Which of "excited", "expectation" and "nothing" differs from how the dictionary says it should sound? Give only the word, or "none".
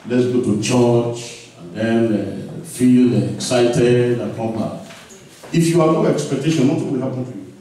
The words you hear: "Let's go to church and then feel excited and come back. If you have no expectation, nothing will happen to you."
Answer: nothing